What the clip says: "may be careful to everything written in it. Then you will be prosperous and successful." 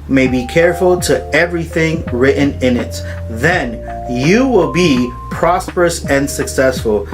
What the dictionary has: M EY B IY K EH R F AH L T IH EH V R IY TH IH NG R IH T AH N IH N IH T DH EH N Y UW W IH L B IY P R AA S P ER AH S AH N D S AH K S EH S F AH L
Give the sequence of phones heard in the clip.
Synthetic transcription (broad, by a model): M EY B IY K EH R F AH L T IH EH V R IY TH IH NG R IH T N IH N IH T DH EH N Y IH W IH L B IY P R AA S P ER AH S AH N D S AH K S EH S F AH L